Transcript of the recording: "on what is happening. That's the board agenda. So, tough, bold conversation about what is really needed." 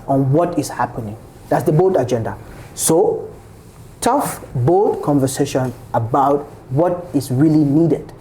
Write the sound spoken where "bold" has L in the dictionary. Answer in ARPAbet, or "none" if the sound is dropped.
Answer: none